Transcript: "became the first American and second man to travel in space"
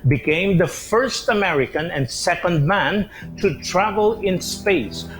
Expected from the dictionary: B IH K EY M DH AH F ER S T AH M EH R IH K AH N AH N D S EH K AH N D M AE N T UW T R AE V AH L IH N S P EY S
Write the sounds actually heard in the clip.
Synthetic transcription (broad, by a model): B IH K EY M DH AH F ER S T AH M EH R IH K AH N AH N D S EH K AH N D M AE N T UW T R AE V AH L IH N S P EY S